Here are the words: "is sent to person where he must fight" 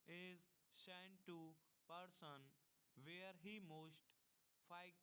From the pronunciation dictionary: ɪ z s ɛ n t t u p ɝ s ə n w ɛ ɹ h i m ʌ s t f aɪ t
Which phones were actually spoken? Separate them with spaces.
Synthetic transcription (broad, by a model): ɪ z ʃ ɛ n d t u p ɝ s ə n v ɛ ɹ h i m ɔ s t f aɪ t